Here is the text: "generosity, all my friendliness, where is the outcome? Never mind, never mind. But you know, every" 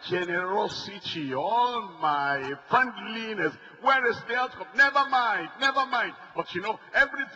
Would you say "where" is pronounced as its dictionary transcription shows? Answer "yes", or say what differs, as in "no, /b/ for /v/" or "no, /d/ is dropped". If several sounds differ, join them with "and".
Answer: yes